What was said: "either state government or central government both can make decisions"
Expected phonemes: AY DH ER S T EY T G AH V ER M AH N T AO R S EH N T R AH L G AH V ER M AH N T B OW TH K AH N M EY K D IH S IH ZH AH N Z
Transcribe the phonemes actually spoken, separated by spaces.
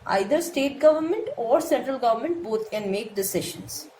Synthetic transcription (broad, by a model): AY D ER S T EY T G AH V ER M AH N T AO R S EH N T R AH L G AH V ER M AH N T B OW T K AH N M EY K D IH S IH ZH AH N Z